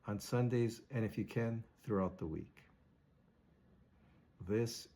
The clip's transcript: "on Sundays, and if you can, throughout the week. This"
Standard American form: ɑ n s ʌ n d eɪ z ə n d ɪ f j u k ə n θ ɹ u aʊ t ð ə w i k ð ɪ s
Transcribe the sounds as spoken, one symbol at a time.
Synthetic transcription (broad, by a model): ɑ n s ʌ n d eɪ z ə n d ɪ f j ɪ k ə n θ ɹ u aʊ t ð ə w i k ð ɪ s